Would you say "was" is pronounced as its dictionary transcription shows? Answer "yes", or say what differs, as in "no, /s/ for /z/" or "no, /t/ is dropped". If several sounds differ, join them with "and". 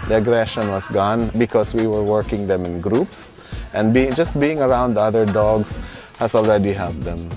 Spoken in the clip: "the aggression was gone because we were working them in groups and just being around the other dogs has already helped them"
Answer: no, /s/ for /z/